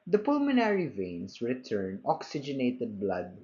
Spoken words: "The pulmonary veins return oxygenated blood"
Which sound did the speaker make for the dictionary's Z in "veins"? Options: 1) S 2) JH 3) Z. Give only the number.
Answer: 1